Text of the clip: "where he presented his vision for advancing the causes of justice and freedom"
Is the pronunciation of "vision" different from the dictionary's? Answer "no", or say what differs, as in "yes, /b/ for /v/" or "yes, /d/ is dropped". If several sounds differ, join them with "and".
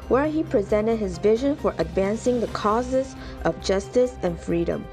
no